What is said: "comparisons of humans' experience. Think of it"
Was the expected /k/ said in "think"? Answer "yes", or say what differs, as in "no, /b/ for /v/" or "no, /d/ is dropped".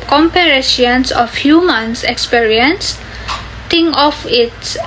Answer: no, /k/ is dropped